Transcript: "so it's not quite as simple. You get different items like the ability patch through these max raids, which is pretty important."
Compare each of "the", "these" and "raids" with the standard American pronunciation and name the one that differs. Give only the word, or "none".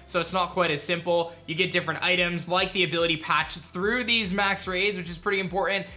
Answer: none